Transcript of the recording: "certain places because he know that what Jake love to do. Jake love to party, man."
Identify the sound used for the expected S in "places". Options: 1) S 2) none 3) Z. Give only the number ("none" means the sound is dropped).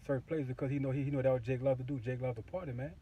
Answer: 2